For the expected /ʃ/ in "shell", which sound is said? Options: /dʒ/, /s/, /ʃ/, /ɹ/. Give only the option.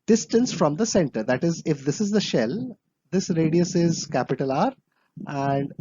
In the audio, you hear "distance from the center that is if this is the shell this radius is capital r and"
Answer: /ʃ/